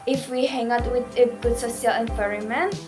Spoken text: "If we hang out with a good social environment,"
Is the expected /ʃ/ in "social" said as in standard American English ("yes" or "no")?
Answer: no